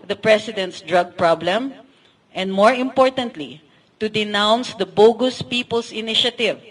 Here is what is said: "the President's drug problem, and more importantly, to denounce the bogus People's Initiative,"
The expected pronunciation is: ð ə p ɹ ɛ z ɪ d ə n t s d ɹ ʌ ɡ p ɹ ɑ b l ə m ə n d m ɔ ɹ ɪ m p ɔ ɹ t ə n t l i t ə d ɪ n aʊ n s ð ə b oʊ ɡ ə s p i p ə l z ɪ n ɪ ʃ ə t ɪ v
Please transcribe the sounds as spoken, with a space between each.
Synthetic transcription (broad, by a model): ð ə p ɹ ɛ s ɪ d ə n t s d ɹ ʌ ɡ p ɹ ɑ b l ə m ə n d m ɔ ɹ ɪ m p ɔ ɹ t ə n t l i t ə d ɪ n aʊ n s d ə b oʊ ɡ ə s p i p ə l s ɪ n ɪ ʃ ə t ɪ v